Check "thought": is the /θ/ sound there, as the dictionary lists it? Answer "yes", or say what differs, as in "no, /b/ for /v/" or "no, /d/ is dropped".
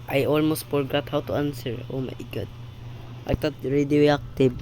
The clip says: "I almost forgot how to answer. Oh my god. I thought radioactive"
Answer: no, /t/ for /θ/